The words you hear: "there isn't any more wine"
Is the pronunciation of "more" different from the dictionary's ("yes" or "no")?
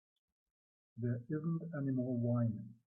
yes